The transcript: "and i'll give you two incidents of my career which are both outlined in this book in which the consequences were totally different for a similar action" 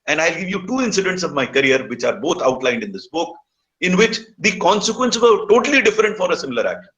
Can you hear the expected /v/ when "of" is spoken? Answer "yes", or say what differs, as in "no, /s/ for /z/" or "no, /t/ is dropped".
yes